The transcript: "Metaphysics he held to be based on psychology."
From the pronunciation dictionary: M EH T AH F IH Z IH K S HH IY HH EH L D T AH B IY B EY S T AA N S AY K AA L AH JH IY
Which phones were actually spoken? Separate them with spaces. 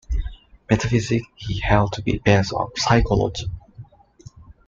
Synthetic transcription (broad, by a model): M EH T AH F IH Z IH K HH IY HH EH L D T AH B IY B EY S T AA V S AY K AA L AH JH IY